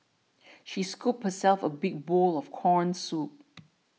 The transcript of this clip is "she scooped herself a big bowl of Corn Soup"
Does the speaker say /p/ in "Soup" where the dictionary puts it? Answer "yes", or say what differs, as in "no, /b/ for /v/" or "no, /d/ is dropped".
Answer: yes